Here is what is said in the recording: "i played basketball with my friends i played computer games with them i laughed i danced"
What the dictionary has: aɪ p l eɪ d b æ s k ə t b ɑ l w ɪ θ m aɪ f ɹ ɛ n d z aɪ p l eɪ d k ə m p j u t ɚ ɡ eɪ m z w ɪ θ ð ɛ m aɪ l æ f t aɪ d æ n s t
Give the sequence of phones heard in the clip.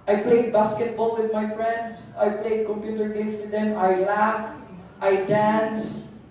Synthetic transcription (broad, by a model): aɪ p l eɪ d b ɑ s k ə t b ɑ l w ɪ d m aɪ f ɹ ɛ n d s aɪ p l eɪ d k ə m p j u t ɚ ɡ eɪ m s w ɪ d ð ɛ m aɪ l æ f t aɪ d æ n s